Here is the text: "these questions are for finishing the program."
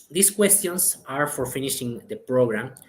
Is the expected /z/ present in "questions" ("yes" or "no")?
no